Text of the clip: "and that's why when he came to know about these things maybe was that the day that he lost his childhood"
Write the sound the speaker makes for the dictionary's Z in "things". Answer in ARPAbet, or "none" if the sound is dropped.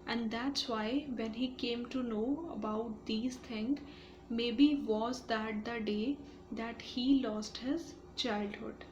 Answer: none